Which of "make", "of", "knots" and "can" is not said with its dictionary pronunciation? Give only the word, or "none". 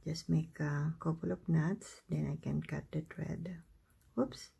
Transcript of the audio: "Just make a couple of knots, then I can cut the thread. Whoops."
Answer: of